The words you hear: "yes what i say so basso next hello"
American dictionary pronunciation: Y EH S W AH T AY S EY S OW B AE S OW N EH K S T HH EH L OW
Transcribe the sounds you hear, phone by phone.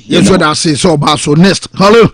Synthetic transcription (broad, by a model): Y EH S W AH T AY S EY S OW B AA S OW N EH S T HH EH L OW